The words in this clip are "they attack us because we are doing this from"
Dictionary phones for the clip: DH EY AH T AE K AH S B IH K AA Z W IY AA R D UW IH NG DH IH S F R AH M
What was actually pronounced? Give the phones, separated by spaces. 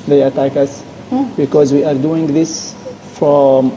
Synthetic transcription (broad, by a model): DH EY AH T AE K AH S B IH K AA Z W IY AA R D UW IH NG DH IH S F R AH M